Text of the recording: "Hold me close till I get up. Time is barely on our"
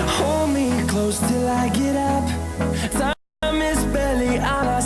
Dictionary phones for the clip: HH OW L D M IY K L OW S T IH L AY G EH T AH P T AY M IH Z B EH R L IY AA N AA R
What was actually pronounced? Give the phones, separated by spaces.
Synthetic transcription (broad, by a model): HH OW L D M IY K L OW S T IH L AY G EH T AH P S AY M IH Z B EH L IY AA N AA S